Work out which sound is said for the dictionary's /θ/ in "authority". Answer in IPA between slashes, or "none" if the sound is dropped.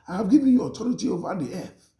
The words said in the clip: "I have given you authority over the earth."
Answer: /t/